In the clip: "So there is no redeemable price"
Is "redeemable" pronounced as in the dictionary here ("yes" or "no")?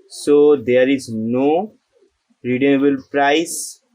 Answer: no